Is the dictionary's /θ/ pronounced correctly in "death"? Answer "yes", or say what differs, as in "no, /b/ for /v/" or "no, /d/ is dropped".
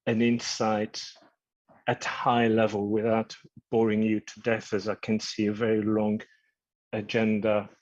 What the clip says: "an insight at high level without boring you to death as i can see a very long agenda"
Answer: yes